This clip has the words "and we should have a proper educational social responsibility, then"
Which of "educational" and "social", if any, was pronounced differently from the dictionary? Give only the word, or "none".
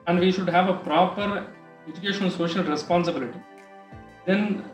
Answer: educational